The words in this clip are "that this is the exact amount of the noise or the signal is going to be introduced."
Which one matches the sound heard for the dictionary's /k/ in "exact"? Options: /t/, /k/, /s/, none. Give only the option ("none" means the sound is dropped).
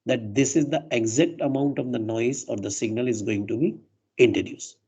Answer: /k/